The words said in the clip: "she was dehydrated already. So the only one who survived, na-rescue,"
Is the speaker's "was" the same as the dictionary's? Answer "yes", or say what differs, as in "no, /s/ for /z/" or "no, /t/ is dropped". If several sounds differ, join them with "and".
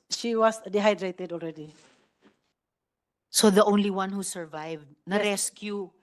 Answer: no, /s/ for /z/